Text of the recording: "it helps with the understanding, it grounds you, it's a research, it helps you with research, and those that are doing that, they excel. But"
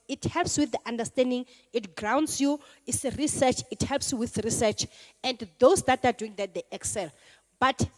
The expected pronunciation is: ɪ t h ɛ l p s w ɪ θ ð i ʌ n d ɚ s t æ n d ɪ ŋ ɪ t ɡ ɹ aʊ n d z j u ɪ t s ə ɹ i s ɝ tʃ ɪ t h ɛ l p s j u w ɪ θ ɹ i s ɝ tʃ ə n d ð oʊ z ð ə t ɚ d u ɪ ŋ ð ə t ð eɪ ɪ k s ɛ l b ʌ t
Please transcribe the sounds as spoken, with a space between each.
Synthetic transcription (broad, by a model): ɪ t h ɛ l p s w ɪ θ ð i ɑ n d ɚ s t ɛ n d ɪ ŋ ɪ t ɡ ɹ aʊ n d s j u ɪ t s ɹ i s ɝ tʃ ɪ t h ɛ l p s j u w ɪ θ ɹ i s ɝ tʃ ə n d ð oʊ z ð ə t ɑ d u ɪ ŋ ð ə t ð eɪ ɪ k s ɛ l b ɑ t